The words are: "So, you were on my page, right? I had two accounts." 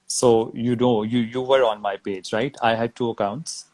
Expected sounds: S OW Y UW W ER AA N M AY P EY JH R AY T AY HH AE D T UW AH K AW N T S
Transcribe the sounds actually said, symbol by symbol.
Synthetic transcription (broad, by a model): S OW Y UW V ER AA N M AY P EY JH R AY T AY HH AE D T UW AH K AW N T S